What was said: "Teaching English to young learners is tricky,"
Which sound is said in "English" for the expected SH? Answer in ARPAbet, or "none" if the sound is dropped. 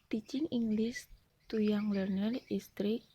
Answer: S